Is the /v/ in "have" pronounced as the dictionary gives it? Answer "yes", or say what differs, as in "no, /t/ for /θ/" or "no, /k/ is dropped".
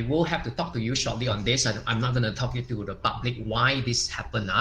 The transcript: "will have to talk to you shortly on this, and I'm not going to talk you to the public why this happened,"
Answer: no, /f/ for /v/